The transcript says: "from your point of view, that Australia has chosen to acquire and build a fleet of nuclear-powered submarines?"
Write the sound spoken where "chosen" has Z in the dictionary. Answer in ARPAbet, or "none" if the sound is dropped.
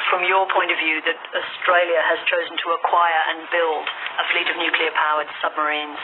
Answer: Z